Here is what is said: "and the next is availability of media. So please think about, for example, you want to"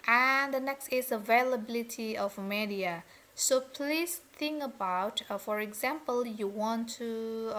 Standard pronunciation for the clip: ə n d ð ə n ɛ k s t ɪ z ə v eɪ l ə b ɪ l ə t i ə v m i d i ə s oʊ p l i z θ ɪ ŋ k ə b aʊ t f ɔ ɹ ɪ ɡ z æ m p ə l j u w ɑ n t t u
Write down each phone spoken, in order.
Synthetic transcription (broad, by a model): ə n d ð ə n ɛ k s t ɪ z ə v eɪ l ə b ɪ l ə t i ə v m i d i ə s oʊ p l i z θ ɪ ŋ k ə b aʊ t f ɔ ɹ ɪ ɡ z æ m p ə l j u w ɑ n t t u